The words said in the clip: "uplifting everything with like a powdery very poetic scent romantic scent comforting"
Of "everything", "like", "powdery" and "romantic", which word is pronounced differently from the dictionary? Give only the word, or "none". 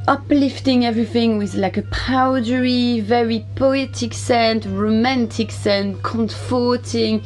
none